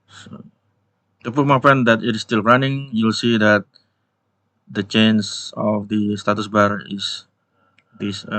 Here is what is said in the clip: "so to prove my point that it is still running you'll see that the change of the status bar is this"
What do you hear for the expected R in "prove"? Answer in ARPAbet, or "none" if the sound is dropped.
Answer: none